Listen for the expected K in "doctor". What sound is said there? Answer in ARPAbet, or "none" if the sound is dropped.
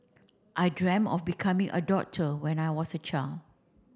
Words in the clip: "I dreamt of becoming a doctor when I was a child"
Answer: none